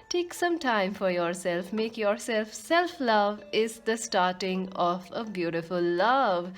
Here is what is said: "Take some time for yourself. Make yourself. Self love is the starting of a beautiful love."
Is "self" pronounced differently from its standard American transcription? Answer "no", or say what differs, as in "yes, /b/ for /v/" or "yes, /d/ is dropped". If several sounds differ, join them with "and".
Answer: no